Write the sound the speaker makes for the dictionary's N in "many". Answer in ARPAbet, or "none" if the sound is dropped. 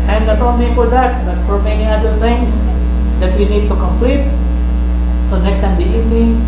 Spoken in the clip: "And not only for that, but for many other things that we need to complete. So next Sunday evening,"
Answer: N